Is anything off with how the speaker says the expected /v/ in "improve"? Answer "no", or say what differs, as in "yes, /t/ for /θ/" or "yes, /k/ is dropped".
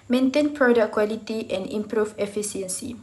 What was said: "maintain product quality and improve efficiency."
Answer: yes, /f/ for /v/